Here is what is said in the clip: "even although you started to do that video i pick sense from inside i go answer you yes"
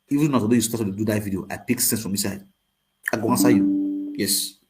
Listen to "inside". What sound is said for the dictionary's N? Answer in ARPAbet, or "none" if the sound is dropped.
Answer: none